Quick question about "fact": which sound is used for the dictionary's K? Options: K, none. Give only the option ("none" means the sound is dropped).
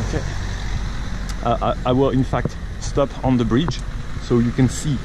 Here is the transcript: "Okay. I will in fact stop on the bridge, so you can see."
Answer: K